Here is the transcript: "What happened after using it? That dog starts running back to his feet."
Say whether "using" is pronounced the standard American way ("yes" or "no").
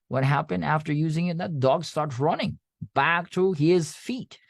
yes